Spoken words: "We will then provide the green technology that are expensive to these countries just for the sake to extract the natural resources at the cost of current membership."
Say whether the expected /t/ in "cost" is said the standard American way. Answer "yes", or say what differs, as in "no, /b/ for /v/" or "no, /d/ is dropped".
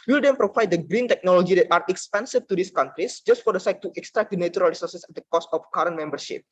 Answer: yes